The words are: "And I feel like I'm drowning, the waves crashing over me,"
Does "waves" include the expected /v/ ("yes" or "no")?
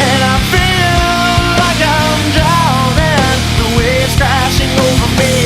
no